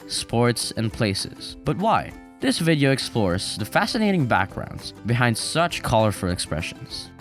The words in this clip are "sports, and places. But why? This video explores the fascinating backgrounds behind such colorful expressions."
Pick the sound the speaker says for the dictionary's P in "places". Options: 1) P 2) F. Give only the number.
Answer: 1